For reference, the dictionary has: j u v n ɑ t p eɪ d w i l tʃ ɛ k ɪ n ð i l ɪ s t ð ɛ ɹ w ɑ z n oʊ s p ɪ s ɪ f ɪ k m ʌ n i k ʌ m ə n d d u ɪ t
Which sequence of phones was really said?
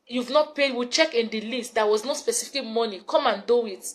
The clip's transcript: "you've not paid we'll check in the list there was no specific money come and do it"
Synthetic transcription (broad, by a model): j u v n ɑ t p eɪ d w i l tʃ ɛ k ɪ n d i l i s t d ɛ w ɑ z n oʊ s p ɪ s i f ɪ k m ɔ n i k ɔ m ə n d d u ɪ t